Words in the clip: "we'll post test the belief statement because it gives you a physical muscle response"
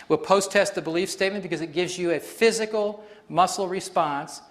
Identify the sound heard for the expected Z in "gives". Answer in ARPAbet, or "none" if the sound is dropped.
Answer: Z